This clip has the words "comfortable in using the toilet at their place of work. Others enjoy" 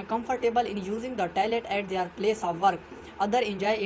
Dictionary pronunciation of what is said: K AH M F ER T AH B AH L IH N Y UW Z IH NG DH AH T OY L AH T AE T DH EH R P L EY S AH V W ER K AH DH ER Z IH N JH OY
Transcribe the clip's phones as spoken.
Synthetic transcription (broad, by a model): K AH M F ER T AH B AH L IH N Y UW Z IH NG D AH T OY L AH T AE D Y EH R P L EY S AH V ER K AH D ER IH N JH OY